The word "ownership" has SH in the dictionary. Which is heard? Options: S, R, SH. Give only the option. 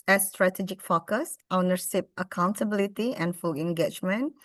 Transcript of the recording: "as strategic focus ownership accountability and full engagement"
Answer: S